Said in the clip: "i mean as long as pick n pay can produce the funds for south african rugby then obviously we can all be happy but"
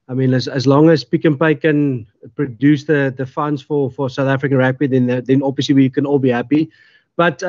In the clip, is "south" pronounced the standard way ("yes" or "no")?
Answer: yes